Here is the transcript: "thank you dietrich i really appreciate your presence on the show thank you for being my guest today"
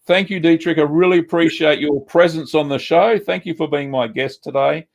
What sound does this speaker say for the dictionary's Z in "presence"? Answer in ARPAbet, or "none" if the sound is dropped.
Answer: Z